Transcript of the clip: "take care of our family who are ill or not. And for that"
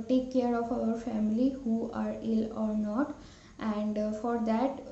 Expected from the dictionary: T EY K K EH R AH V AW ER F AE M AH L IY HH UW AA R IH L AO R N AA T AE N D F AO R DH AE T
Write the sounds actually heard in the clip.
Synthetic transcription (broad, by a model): T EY K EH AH R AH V AW ER F AE M AH L IY HH UW AA R IH L AO R N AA T AE N D F AO R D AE T